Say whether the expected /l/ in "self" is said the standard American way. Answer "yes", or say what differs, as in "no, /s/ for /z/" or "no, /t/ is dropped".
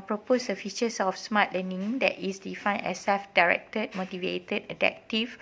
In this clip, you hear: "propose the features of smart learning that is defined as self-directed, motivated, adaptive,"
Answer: no, /l/ is dropped